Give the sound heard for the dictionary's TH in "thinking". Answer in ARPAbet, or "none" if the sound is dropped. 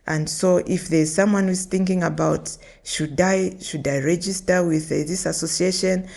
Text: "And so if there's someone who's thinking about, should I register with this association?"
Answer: TH